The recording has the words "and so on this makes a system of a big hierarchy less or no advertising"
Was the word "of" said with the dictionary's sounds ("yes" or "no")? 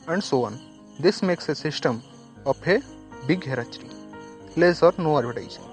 no